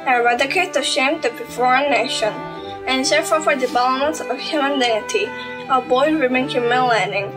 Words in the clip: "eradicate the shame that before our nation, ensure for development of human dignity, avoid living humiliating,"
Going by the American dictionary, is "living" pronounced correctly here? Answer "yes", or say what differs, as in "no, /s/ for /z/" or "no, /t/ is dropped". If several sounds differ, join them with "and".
no, /w/ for /l/